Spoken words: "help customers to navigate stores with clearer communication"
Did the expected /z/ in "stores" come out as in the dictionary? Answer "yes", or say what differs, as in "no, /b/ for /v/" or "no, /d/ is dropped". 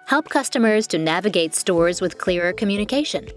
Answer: yes